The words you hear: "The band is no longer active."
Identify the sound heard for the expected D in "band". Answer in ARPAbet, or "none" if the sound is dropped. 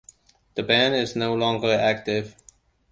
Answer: none